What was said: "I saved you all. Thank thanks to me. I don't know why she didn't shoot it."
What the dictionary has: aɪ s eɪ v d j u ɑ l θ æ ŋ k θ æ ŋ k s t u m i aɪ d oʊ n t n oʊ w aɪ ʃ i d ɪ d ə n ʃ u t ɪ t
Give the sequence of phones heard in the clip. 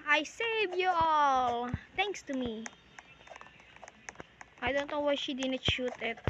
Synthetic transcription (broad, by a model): aɪ s eɪ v j u ɑ l t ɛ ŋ ŋ k s t u m i aɪ d oʊ n t n oʊ w aɪ ʃ i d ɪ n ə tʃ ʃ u t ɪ t